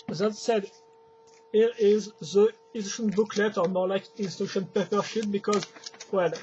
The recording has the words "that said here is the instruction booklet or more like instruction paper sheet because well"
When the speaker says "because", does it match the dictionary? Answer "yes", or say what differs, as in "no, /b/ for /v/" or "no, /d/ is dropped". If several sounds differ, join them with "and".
yes